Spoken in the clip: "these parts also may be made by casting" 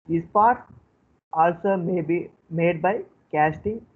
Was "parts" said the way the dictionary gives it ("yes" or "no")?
no